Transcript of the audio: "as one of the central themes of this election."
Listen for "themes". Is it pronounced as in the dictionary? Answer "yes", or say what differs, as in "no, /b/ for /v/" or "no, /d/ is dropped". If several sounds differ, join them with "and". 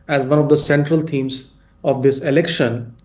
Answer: no, /t/ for /θ/